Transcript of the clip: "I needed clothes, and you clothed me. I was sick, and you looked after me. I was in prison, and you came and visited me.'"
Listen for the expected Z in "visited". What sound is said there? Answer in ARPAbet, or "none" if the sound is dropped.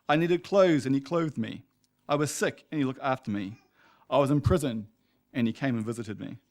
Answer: Z